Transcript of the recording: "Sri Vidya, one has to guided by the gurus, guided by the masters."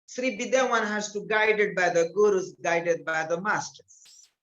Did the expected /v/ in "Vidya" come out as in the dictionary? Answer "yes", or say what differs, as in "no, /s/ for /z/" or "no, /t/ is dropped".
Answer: no, /b/ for /v/